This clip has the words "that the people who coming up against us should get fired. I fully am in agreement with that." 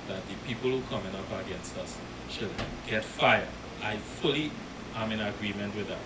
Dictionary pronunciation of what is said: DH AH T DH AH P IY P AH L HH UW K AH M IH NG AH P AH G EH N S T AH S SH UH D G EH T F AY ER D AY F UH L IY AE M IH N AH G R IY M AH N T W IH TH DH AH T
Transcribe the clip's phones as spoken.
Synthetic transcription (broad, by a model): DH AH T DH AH P IY P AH L HH UW K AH M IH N AH P AH G EH N S T AH S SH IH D G EH T F AY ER AY F UH L IY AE M IH N AH G R IY M AH N T W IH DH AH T